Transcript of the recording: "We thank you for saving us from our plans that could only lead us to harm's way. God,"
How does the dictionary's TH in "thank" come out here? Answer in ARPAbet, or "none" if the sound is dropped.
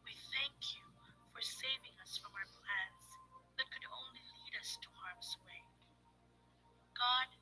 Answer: TH